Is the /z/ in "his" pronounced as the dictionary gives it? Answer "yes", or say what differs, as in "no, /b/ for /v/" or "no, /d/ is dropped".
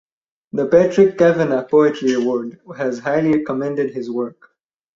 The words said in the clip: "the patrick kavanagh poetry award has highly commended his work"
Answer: yes